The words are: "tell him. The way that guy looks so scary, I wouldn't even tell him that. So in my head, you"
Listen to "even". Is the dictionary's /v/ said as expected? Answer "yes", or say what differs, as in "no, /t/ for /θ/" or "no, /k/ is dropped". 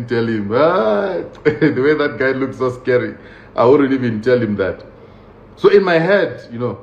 yes